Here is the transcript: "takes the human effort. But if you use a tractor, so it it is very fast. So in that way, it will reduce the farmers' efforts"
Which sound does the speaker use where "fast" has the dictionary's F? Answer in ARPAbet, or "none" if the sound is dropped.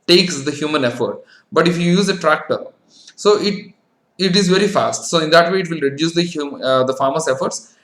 F